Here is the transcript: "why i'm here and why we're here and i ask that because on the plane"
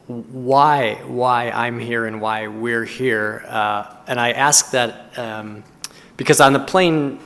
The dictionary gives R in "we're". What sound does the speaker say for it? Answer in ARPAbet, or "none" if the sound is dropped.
R